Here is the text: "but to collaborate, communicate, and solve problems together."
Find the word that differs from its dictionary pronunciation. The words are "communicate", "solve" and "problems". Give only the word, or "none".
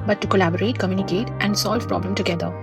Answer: problems